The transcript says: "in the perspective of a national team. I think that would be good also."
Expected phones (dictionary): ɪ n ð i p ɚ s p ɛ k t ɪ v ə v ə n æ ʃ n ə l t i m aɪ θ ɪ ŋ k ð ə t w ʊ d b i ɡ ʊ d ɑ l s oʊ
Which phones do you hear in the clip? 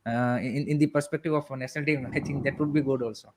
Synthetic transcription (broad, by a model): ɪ n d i p ɚ s p ɛ k t ɪ v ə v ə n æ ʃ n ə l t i aɪ t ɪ ŋ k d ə t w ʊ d b i ɡ ʊ d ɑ l s oʊ